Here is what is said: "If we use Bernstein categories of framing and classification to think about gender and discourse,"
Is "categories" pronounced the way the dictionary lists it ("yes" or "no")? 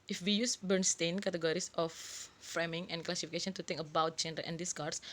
no